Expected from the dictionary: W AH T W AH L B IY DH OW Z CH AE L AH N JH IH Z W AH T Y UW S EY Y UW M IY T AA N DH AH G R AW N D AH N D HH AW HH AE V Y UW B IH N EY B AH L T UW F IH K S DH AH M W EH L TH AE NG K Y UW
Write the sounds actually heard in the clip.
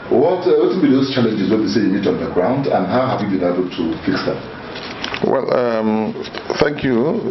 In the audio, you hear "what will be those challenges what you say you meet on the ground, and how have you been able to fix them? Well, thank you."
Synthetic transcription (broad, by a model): W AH T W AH N B IY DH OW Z CH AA L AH N JH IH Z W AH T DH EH S EY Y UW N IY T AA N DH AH G R AW N D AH N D HH AW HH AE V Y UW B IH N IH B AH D T UW F IH K S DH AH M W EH L TH AE NG K Y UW